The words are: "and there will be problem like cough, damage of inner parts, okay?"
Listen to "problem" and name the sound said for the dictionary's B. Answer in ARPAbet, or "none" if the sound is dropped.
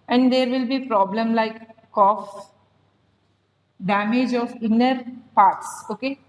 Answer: B